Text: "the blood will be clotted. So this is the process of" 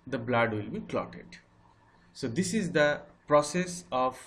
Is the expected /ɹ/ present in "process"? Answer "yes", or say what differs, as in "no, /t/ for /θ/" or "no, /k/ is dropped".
yes